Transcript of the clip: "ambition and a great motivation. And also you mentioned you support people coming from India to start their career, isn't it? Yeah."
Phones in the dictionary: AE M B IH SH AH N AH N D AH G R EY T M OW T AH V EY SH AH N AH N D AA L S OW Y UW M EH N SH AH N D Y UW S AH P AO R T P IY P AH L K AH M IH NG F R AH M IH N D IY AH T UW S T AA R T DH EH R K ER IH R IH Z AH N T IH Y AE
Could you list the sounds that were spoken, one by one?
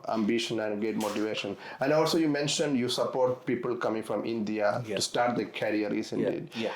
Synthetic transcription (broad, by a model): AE M B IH SH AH N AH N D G EY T M OW T AH V EY SH AH N AH N D AA L S OW Y UW M EH N SH AH N D Y UW S AH P AO R T P IY P AH L K AH M IH NG F R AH M IH N D IY AH T UW S T AA R T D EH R K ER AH R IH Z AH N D IH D